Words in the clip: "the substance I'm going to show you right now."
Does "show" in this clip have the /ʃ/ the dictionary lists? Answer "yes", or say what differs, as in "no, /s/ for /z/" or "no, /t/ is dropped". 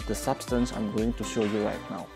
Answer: yes